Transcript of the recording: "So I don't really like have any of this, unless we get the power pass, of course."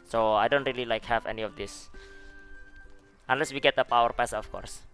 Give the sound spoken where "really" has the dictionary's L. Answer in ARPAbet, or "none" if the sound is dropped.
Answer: L